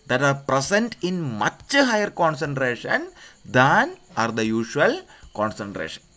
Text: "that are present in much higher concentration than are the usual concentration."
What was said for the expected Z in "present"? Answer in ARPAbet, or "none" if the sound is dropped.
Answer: S